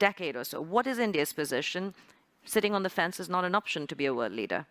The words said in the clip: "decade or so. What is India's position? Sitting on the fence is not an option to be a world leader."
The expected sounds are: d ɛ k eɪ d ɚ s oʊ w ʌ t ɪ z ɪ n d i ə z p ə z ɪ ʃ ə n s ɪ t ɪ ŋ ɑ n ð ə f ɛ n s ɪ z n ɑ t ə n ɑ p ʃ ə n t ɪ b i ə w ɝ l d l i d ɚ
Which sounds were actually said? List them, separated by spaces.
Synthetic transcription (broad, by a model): ɛ k eɪ d ɚ s oʊ w ʌ t ɪ z ɪ n d i ə z p ə z ɪ ʃ ə n s ɪ t ɪ ŋ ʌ n ð ə f ɛ n s ɪ z n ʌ t ə n ɑ p ʃ ə n t ɪ b i ə w ɝ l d l i d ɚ